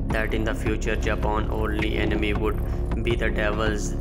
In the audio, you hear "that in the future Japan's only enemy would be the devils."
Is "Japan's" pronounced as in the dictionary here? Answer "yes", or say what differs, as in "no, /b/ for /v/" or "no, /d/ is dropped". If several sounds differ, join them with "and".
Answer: no, /z/ is dropped